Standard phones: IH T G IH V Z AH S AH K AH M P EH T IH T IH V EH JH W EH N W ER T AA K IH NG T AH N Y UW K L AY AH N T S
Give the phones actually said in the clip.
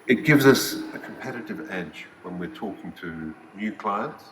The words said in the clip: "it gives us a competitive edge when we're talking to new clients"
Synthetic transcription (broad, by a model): IH T G IH V Z AH S AH K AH M P EH T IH T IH V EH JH W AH N W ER T AA K IH NG T AH N Y UW K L AY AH N T S